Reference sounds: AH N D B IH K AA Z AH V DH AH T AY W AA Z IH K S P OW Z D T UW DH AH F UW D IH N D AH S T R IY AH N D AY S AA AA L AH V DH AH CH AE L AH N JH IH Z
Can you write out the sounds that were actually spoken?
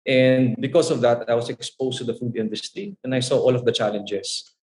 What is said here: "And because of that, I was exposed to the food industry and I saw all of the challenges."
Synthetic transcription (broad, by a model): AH N D B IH K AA S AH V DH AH T AY W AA S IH K S P OW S T UW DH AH F UW D IH N D AH S T R IY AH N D AY S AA AA L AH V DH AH CH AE L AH N JH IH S